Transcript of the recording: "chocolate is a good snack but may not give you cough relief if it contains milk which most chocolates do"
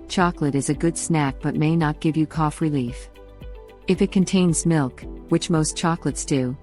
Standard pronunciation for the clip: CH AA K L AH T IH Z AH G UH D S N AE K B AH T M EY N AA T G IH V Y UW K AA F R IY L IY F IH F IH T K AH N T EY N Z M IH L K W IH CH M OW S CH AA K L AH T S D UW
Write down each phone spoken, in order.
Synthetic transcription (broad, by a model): CH AA K L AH T IH Z AH G UH D S N AE K B AH T M EY N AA T G IH V Y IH K AA F R IY L IY F IH F IH T K AH N T EY N Z M IH L K W IH CH M OW S CH AA K L AH T S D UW